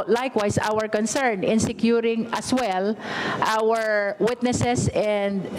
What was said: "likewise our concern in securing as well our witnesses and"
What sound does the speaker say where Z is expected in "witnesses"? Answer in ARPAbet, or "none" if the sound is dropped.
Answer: S